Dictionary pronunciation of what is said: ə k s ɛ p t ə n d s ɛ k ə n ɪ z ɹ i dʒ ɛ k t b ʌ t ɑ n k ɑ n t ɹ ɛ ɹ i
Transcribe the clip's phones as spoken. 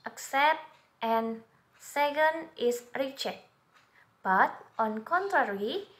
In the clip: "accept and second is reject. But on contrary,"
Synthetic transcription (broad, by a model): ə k s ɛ p t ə n s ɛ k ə n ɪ s ɹ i tʃ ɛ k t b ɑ t ɑ n k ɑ n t ɹ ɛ ɹ i